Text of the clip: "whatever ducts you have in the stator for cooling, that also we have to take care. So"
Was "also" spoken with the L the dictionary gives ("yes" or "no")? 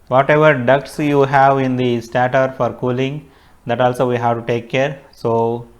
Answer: yes